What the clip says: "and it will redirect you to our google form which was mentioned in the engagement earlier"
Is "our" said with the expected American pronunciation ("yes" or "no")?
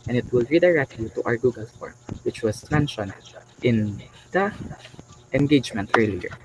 yes